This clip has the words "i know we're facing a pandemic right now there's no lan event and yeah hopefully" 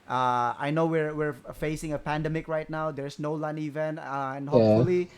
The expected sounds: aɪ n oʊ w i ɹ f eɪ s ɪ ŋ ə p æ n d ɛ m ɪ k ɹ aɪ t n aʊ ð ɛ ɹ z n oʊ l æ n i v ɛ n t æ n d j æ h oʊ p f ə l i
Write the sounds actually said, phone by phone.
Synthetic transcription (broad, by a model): aɪ n oʊ w i ɹ f eɪ s ɪ ŋ ə p æ n d ɛ m ɪ k ɹ aɪ t n aʊ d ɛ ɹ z n oʊ l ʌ n i v ɛ n t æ n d h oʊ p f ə l i